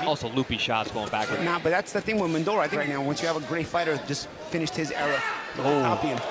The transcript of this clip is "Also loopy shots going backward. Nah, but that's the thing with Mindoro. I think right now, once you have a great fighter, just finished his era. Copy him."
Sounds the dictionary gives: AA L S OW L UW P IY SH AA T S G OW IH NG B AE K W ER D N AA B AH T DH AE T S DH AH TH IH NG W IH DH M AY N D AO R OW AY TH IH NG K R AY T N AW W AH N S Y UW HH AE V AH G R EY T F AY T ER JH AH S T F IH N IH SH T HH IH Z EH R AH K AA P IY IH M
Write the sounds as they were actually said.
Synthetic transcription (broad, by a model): AA L S OW L UW P IY SH AA T S G OW IH NG B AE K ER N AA B AH T DH AE T S DH AH TH IH NG W IH DH M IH N D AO L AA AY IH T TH R AY T N AW W AH N S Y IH V AH G R EY T F AY T ER JH AH S T F IH N IH SH T HH IH Z EH R AH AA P IY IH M